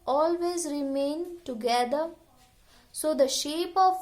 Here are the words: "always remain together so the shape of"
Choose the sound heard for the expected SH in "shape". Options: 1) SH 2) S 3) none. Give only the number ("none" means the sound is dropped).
1